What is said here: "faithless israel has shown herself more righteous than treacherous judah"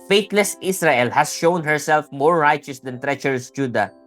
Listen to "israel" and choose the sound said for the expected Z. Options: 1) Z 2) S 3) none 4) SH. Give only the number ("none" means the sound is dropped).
2